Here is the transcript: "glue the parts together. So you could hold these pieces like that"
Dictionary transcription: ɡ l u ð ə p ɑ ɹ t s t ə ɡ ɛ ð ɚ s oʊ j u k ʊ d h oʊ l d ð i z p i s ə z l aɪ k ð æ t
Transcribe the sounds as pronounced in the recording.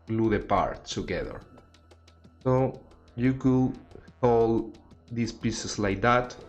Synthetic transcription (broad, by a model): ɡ l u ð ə p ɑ ɹ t t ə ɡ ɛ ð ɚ s oʊ j u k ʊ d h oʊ l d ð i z p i s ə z l aɪ k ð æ t